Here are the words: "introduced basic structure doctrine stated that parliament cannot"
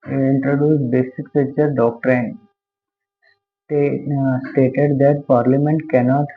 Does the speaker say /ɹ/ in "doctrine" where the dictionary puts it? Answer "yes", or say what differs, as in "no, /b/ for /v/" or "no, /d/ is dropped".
yes